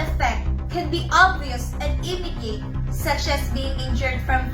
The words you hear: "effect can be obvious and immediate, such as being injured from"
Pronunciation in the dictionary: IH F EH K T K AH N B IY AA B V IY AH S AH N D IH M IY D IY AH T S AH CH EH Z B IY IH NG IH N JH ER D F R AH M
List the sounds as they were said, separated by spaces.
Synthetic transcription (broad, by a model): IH F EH K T K AH N B IY AA B V IY AH S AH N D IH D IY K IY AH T S AH CH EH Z B IY IH NG IH N JH ER D F R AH M